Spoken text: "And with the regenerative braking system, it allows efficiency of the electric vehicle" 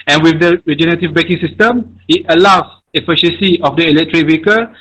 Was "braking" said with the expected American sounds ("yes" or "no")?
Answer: no